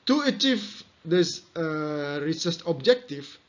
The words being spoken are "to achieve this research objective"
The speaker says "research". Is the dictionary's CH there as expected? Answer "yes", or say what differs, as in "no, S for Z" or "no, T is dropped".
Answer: no, S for CH